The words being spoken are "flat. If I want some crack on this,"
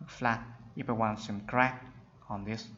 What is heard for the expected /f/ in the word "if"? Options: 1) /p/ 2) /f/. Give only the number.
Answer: 1